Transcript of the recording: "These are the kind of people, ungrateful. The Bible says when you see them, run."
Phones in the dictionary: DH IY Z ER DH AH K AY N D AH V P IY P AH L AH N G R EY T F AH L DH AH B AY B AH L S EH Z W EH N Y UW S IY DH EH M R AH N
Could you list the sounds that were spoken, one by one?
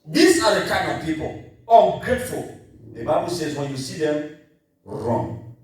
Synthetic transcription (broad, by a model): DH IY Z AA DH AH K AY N AH P IY P AH L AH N G R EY T F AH L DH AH B AY B AH L S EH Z W EH N Y UW S IY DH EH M R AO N